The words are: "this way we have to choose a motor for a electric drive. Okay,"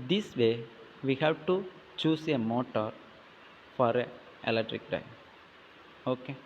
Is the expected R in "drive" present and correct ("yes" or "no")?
no